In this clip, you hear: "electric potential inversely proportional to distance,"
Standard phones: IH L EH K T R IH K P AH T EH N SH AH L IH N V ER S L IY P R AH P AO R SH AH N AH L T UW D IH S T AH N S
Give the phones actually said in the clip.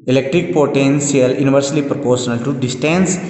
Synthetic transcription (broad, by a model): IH L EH K T R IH K P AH T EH N S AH L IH N V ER S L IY P R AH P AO R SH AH N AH L T UW D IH S T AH N S